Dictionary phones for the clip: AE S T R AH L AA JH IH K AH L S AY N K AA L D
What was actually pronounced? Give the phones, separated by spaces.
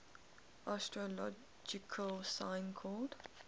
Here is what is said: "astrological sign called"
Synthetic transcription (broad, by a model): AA S T R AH L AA JH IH K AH L S AY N K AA D